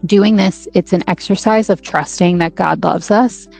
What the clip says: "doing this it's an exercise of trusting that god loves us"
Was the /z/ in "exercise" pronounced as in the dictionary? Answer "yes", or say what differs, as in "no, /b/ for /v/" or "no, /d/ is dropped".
yes